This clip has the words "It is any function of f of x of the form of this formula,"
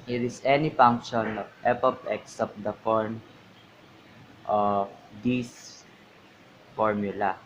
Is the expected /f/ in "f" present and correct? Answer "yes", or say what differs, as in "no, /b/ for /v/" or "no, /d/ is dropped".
no, /p/ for /f/